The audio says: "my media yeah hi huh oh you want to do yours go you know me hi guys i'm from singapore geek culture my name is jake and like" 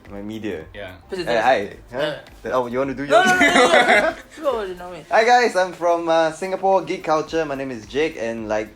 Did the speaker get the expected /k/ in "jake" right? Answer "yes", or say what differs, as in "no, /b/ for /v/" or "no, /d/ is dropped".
yes